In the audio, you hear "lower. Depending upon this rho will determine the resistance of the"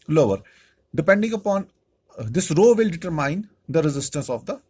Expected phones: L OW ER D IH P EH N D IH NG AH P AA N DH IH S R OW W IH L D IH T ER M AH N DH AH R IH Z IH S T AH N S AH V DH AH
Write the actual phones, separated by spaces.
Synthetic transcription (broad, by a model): L OW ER D IH P EH N D IH NG AH P AA N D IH S R OW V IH L D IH T ER M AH N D AH R IH Z IH S T AH N S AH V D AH